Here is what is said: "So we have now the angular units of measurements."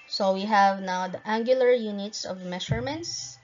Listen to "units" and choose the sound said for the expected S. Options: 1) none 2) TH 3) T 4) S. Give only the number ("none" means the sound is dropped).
4